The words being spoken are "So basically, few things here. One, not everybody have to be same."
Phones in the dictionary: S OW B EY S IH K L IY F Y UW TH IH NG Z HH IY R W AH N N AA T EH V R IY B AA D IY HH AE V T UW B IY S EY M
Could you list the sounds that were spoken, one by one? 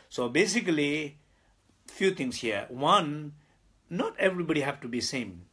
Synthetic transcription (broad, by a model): S OW B EY S IH K L IY F Y UW T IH NG S HH IY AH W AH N N AA T EH V R IY B AA D IY HH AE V T UW B IY S EY M